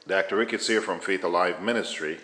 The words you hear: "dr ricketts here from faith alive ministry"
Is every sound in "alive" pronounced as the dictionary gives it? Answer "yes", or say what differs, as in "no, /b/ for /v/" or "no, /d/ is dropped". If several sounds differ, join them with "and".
yes